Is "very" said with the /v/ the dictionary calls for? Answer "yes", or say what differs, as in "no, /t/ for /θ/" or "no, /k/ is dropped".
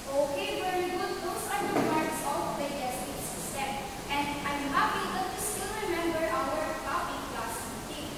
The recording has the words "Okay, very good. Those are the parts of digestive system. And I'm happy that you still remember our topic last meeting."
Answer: no, /w/ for /v/